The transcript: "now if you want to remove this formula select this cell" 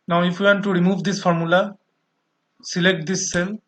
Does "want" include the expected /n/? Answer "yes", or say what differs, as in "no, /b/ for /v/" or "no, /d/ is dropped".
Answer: yes